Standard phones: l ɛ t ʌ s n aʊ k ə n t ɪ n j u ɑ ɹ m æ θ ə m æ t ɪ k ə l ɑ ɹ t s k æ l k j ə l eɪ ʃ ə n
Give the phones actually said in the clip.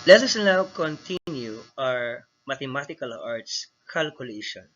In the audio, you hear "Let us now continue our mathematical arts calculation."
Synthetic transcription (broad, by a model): l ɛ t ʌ s n aʊ k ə n t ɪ n j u ɑ ɹ m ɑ t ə m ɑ t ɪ k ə l ɑ ɹ t s k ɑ l k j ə l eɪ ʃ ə n